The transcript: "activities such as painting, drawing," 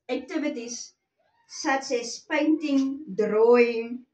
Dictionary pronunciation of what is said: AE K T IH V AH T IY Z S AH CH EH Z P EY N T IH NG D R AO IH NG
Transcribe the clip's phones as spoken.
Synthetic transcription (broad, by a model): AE K T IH V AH T IY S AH S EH S P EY N T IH NG D R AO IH NG